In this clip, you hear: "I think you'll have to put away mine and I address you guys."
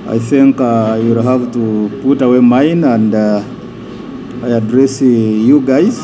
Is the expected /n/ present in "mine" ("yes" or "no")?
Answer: yes